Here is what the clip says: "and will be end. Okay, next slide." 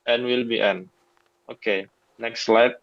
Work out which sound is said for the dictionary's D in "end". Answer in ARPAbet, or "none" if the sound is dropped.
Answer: none